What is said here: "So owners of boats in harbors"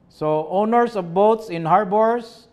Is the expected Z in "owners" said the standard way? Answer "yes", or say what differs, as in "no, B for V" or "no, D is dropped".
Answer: no, S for Z